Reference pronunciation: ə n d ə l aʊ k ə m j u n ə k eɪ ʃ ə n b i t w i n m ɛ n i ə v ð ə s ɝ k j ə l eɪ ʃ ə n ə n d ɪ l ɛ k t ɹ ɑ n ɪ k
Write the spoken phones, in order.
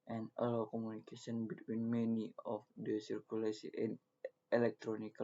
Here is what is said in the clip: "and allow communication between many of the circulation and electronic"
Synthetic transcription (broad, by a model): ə n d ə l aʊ k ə m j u n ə k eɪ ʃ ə n b i t w i n m ɛ n i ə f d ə s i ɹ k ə l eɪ s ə ə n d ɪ l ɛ k t ɹ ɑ n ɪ k